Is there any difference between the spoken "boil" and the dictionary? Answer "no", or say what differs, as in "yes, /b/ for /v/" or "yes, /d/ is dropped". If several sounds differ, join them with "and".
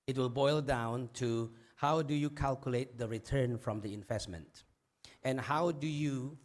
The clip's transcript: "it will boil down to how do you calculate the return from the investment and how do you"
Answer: no